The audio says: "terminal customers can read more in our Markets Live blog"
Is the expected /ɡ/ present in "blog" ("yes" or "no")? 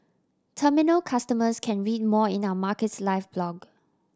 yes